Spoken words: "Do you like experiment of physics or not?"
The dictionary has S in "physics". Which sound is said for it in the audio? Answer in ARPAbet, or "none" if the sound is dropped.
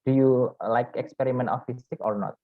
none